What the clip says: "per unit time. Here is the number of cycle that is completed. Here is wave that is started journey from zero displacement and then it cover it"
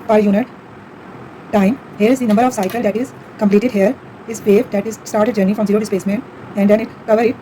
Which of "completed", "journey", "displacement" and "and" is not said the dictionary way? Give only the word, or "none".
displacement